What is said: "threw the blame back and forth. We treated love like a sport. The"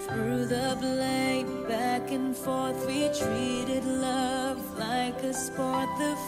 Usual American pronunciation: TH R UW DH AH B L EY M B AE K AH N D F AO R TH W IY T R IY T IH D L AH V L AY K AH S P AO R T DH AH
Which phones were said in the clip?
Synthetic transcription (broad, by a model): TH R UW DH AH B L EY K B AE K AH N F AO R TH W IY T R IY T IH D L AH V L AY K AH S P AO R T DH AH